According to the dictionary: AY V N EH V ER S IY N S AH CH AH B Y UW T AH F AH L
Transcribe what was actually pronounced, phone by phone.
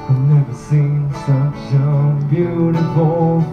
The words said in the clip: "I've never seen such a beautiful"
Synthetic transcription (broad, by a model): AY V N EH V ER S IY N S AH SH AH B Y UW T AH F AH L